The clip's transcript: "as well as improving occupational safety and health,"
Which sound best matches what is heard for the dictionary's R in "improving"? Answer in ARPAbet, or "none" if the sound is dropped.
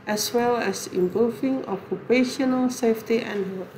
none